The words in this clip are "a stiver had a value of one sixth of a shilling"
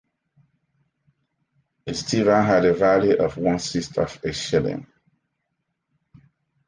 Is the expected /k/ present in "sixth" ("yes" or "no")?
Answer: no